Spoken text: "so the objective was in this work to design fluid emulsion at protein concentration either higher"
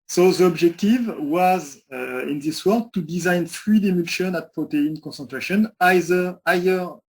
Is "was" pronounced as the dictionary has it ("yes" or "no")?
yes